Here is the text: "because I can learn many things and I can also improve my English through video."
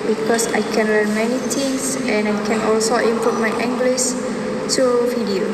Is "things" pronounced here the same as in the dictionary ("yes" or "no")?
no